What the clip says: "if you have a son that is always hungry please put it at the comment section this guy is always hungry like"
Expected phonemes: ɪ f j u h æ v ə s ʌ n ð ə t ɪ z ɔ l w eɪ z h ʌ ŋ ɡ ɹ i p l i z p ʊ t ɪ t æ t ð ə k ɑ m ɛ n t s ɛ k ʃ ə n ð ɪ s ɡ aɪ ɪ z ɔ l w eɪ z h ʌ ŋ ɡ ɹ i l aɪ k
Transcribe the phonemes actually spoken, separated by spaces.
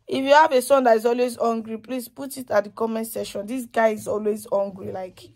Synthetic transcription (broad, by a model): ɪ f j u h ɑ v ə s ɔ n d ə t ɪ z ɔ l w eɪ z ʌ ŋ ɡ ɹ i p l i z p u t ɪ t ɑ t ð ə k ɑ m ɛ n s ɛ ʃ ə n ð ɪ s ɡ aɪ ɪ z ɔ l w eɪ z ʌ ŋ ɡ ɹ i l aɪ k